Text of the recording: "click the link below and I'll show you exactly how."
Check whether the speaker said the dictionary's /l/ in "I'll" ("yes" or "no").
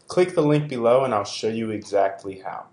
yes